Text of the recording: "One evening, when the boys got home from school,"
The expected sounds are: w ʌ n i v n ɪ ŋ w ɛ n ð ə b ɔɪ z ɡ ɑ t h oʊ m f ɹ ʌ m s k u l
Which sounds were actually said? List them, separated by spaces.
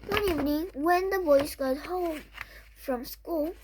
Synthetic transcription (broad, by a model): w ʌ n i v n ɪ ŋ w ɛ n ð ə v ɔɪ s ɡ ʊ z h oʊ m f ɹ ʌ m s k u l